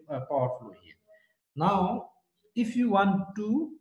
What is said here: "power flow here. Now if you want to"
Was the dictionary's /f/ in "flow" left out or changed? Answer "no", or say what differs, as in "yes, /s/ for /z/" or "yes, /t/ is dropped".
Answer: no